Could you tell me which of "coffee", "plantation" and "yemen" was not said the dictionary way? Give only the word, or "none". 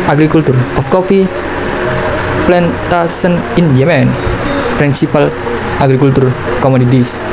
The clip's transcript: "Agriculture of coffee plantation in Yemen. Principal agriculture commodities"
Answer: plantation